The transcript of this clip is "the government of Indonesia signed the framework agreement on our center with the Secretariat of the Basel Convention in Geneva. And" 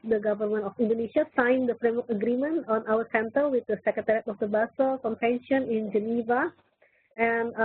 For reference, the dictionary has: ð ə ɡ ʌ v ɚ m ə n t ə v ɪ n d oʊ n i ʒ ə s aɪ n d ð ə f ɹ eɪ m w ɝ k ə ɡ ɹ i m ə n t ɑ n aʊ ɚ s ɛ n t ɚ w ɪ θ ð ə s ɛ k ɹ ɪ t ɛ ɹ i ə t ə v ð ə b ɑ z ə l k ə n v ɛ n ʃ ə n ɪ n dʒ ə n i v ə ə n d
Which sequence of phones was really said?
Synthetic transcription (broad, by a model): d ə ɡ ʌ v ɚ m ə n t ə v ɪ n d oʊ n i ʃ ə s aɪ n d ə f ɹ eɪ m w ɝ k ə ɡ ɹ i m ə n t ɑ n aʊ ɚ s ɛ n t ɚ w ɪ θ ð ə s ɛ k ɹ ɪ t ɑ ɹ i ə t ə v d ə b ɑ s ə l k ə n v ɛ n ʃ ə n ɪ n dʒ ə n i v ə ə n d